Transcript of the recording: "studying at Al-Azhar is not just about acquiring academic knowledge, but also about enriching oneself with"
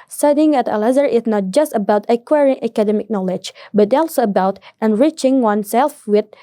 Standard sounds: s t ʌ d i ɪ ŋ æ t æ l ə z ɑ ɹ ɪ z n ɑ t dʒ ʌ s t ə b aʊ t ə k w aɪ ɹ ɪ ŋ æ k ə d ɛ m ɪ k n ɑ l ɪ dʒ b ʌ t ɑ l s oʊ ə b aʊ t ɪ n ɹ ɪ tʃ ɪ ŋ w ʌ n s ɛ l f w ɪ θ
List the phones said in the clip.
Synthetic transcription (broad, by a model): s t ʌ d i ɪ ŋ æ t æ l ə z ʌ ɹ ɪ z n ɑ t dʒ ʌ s t ə b aʊ t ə k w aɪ ɹ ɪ ŋ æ k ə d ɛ m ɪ k n ɑ l ɪ dʒ b ʌ t ɑ l s oʊ ə b aʊ t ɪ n ɹ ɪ tʃ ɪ ŋ w ʌ n s ɛ l f w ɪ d